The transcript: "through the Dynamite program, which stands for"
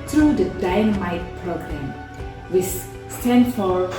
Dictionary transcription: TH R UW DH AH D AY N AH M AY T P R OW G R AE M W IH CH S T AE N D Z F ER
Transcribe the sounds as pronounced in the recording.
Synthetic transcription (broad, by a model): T R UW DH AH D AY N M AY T P R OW G R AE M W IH S S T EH N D F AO